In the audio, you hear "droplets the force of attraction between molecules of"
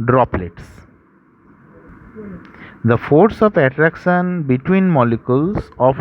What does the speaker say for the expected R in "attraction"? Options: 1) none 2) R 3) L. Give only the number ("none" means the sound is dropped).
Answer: 2